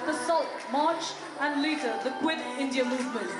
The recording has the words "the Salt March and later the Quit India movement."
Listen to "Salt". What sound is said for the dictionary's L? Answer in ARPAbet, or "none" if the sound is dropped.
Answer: L